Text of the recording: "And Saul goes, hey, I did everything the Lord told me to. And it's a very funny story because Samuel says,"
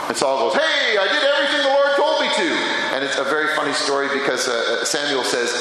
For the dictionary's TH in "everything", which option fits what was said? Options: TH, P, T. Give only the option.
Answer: TH